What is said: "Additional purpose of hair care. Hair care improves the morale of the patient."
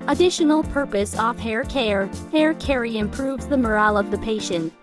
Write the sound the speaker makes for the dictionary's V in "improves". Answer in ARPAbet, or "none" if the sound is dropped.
V